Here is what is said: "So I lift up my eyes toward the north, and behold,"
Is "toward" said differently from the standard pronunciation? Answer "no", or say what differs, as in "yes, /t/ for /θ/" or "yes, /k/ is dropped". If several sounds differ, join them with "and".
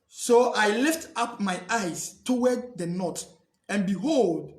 yes, /w/ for /ɹ/